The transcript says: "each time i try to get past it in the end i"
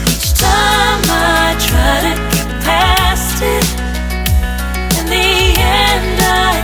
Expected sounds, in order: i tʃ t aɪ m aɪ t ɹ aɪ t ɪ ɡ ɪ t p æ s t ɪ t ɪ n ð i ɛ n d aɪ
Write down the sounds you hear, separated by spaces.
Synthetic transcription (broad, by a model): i tʃ t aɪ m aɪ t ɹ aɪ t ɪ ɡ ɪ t p æ s t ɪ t ɪ n ð i ɛ n d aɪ